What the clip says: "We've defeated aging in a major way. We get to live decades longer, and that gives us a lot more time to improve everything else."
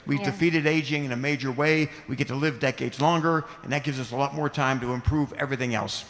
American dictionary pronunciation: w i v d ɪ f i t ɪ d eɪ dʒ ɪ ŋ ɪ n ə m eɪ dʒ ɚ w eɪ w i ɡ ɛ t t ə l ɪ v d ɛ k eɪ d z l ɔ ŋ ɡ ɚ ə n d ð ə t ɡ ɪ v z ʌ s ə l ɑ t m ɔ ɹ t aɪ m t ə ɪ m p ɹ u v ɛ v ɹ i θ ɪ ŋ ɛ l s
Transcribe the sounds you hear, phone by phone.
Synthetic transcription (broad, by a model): w i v d ɪ f i t ɪ d eɪ dʒ ɪ ŋ ɪ n ə m eɪ dʒ ɚ w eɪ w i ɡ ɛ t t ə l ɪ v d ɛ k eɪ d z l ɔ ŋ ɡ ɚ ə n ð ə t ɡ ɪ v z ʌ s ə l ɑ t m ɔ ɹ t aɪ m t ə ɪ m p ɹ u v ɛ v ɹ i θ ɪ ŋ ɛ l s